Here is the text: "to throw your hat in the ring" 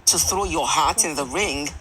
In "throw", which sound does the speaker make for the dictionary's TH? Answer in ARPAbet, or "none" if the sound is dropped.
TH